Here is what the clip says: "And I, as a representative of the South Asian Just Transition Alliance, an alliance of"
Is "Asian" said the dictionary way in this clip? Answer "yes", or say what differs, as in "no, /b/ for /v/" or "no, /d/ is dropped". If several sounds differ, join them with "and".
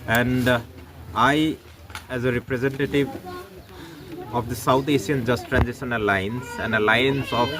no, /s/ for /ʒ/